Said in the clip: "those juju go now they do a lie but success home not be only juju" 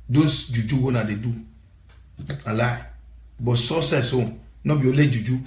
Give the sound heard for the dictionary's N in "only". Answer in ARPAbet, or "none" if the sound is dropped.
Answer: none